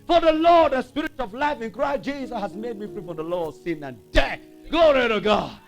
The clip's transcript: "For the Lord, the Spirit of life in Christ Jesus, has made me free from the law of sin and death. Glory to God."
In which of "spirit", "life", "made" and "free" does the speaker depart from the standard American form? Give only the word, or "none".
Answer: none